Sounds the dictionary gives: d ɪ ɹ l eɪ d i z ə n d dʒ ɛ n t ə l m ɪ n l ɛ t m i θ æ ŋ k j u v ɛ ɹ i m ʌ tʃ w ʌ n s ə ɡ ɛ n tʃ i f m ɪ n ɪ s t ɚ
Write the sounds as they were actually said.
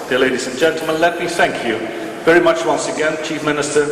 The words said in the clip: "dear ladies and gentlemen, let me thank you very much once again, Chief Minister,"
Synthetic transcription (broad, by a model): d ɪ l eɪ d i z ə n dʒ ɛ n t l m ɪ n l ɛ t m i θ æ ŋ k j u v ɛ ɹ i m ʌ tʃ w ʌ n s ə ɡ ɛ n tʃ i f m ɪ n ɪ s t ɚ